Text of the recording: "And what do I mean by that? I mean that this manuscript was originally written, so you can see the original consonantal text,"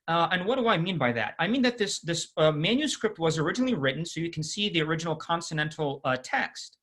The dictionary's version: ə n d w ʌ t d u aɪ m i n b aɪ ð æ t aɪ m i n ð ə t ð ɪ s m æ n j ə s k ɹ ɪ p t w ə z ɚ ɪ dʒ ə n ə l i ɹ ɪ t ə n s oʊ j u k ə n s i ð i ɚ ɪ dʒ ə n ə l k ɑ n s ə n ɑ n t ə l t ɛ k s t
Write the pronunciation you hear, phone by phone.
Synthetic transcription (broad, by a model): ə n w ʌ t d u aɪ m i n b aɪ ð æ t aɪ m i n ð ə t ð ɪ s m æ n j ə s k ɹ ɪ p t w ə z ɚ ɪ dʒ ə n l i ɹ ɪ t n s oʊ j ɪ k n s i ð i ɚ ɪ dʒ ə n l k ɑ n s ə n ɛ n t l t ɛ k s t